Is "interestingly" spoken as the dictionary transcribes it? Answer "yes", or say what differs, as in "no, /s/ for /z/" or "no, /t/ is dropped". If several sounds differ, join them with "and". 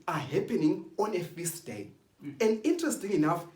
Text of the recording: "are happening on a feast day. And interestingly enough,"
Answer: no, /l/ is dropped